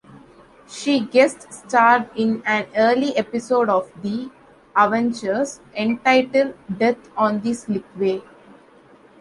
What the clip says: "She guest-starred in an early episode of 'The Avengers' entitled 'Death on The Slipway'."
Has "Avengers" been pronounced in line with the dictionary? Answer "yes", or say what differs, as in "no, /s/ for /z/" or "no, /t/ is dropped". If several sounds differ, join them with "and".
no, /tʃ/ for /dʒ/